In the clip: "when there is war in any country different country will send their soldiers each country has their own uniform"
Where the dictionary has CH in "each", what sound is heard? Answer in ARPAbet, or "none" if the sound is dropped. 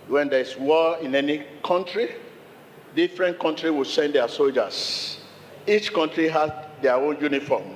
CH